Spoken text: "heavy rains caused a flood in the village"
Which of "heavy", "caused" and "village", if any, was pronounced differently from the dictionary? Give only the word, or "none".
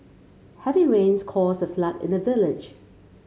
caused